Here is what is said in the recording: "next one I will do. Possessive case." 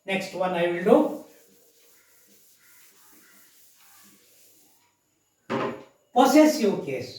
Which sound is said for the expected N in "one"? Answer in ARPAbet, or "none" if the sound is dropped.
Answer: N